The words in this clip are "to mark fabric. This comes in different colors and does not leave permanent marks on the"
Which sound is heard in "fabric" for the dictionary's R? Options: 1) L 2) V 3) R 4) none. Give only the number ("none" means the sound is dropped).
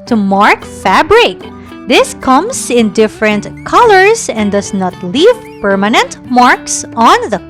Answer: 3